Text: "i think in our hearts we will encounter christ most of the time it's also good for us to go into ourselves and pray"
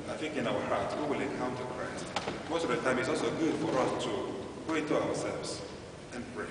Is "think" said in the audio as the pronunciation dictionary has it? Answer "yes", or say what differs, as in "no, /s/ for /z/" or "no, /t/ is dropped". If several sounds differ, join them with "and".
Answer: no, /f/ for /θ/